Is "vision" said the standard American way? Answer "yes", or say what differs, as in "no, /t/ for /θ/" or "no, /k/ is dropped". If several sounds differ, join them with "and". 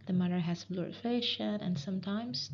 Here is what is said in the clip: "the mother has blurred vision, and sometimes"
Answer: no, /ʃ/ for /ʒ/